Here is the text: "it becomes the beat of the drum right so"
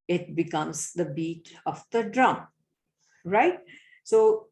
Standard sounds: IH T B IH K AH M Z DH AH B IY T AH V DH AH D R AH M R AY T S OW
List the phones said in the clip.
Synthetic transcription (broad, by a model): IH T B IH K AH M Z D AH B IY T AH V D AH D R AH M R AY T S OW